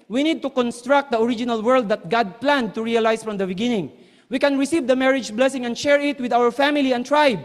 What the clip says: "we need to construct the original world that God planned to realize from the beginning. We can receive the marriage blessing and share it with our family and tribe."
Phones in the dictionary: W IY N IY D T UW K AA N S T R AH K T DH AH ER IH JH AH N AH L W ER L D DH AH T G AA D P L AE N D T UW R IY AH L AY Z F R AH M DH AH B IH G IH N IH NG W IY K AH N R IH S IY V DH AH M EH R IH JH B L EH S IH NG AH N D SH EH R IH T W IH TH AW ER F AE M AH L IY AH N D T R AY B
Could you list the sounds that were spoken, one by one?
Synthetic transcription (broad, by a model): W IY N IY D T UW K AA N S T R AH K T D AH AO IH JH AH N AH L W ER L D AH T G AA D P L AE N D T UW R IY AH L AY S F R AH M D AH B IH G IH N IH NG W IY K AH N R IH S IY V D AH M EH R IH JH B L EH S IH NG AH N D SH EH R IH T W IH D AW ER F AE M AH L IY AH N T R AY B